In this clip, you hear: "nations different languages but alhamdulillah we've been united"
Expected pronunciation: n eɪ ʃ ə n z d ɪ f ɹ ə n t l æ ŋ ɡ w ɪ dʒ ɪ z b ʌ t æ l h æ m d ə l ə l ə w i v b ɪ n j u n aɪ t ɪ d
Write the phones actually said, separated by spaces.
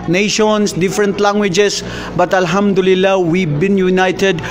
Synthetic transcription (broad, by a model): n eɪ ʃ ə n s d ɪ f ɹ ə n t l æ ŋ ɡ w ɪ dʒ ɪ s b ʌ t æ l h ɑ m d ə l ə l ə w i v b ɪ n j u n aɪ t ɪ d